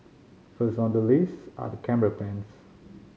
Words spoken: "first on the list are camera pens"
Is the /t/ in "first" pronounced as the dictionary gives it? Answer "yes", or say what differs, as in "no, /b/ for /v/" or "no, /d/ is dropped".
no, /t/ is dropped